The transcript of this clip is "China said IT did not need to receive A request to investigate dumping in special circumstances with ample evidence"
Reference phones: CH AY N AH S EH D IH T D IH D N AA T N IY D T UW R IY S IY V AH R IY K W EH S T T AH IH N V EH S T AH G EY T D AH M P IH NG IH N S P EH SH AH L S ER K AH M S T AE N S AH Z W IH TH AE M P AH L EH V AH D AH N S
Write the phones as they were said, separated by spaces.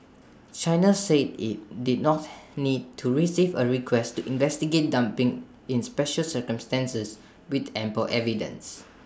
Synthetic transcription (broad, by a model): CH AY N AH S EH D IH T D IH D N AA T N IY D T UW R IY S IY V AH R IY K W EH S T T IH N V EH S T AH G EY T D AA M P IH NG IH N S P EH SH AH L S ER K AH M S T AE N S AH S W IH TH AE M P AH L EH V AH D AH N S